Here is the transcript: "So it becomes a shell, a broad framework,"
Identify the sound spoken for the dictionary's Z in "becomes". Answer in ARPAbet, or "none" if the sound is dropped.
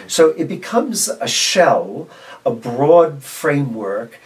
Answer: Z